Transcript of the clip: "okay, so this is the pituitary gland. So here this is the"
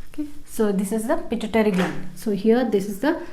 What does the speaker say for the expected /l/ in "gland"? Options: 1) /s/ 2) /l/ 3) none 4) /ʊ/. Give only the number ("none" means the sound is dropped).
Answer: 3